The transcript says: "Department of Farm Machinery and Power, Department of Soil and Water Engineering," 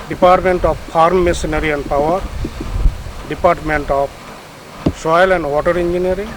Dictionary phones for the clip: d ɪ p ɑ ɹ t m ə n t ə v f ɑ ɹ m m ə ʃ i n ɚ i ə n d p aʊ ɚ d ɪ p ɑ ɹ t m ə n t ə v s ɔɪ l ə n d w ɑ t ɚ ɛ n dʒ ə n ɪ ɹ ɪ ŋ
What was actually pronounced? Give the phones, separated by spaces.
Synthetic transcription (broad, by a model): d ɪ p ɑ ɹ t m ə n t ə p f ɑ ɹ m m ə s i n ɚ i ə n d p aʊ ɚ d ɪ p ɑ ɹ t m ə n t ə p s ɔɪ l ə n d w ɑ t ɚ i n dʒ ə n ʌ ɹ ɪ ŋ